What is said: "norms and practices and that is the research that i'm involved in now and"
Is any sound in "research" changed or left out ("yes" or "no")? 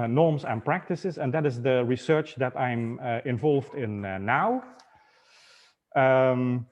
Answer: no